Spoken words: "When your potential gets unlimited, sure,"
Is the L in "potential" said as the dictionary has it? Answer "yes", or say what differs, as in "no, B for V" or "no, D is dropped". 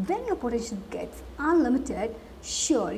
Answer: no, N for L